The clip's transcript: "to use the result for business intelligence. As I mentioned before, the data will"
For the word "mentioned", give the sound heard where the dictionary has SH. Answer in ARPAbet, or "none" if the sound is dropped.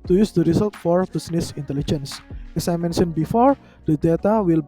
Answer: S